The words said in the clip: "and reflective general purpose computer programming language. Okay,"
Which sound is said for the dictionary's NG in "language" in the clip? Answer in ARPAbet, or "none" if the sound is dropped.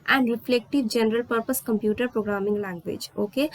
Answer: none